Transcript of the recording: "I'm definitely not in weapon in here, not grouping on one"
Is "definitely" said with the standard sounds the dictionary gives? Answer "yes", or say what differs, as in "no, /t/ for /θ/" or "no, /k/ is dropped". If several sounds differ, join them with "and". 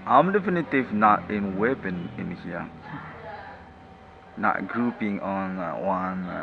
no, /l/ is dropped